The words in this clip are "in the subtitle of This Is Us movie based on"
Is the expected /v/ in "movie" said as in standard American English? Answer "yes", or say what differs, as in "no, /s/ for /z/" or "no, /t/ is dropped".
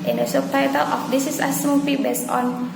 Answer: no, /p/ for /v/